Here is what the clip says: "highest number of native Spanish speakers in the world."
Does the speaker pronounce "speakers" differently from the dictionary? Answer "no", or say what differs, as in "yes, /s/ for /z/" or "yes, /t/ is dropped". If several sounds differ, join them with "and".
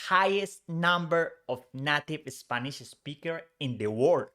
yes, /z/ is dropped